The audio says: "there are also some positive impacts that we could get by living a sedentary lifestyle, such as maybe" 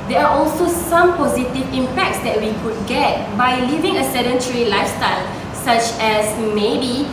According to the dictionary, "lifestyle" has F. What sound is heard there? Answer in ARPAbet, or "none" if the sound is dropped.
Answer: F